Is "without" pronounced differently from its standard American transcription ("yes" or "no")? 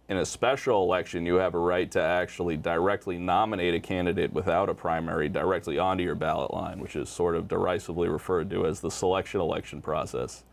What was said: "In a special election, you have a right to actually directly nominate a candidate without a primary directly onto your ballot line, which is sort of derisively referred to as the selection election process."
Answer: no